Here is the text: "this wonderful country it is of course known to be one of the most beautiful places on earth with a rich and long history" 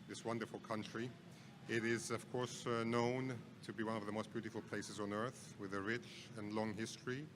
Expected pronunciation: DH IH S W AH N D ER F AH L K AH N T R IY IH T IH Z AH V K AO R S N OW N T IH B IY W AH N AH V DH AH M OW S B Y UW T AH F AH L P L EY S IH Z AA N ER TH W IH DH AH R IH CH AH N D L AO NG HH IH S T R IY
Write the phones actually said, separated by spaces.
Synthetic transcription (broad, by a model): DH IH S W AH N D ER F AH L K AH N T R IY IH T IH Z AH V K AO R S N OW N T IH B IY W AH N AH V DH AH M OW S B Y UW T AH F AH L P L EY S IH Z N ER TH W IH DH AH R IH CH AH N L AO NG HH IH S T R IY